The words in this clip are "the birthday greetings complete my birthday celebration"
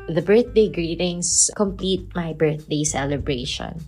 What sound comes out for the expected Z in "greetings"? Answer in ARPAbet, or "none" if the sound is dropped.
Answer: S